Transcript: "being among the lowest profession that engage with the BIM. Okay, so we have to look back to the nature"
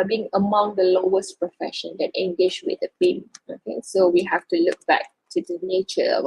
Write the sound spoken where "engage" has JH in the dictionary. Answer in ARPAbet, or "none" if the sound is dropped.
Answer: SH